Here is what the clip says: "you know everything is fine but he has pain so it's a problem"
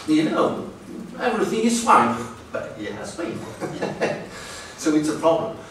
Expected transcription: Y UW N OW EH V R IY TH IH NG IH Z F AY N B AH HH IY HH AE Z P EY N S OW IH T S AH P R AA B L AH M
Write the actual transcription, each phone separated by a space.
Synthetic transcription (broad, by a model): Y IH N OW EH V R IY TH IH NG IH Z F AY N B AH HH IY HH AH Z B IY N S OW IH T S AH P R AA B L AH M